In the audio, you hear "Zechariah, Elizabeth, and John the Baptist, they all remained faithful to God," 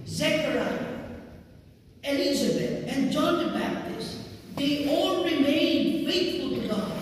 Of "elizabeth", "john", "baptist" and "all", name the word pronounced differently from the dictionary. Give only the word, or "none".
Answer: elizabeth